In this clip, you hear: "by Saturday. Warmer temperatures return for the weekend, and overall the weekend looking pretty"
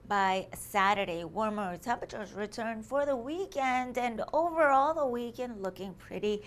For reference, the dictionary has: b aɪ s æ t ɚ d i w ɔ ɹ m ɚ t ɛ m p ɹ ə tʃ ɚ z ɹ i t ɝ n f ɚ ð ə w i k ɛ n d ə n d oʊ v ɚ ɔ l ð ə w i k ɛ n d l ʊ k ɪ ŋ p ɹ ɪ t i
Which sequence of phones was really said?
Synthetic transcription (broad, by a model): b aɪ s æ t ɚ d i w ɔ ɹ m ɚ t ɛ p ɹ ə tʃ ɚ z ɹ i t ɝ n f ɚ ð ə w i k ɛ n d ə n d oʊ v ɚ ɔ l ð ə w i k ɛ n d l ʊ k ɪ ŋ p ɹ ɪ t i